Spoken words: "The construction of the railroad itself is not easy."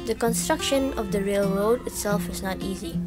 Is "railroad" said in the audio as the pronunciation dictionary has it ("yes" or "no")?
yes